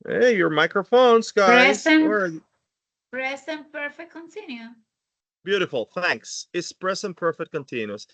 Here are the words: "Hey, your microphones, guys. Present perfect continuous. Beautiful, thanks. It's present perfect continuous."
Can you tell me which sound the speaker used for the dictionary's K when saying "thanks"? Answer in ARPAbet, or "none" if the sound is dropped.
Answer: K